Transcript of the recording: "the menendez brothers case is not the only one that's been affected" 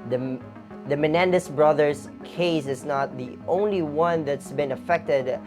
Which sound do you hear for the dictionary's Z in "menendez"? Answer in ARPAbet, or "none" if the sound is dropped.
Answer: S